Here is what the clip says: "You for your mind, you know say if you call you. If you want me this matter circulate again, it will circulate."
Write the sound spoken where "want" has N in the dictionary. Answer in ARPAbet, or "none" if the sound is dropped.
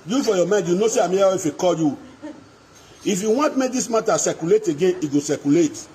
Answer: N